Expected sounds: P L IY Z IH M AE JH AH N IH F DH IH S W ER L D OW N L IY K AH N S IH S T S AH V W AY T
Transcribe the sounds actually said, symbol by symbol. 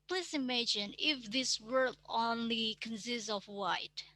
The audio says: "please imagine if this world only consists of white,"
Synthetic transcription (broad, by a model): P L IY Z IH M AE JH AH N IH F DH IH S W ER D OW N L IY K AH N S IH S T S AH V W AY T